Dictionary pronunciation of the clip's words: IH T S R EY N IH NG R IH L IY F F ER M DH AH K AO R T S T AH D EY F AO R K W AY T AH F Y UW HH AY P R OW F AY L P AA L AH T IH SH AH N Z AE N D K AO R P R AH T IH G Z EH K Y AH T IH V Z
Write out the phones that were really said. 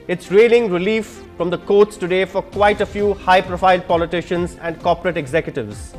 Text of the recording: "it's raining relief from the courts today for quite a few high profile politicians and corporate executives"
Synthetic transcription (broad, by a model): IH T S R EY L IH NG R IH L IY F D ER M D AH K AO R T S T AH D EY F AO R K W AY T AH F Y UW HH AY P R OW F AY L P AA L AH T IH SH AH N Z AE N D K AO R P R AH T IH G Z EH K Y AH T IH V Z